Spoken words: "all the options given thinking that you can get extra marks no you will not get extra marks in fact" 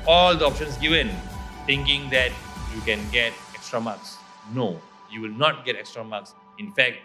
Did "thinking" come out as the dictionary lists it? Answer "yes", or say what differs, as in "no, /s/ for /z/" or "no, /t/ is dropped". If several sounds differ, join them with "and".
no, /t/ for /θ/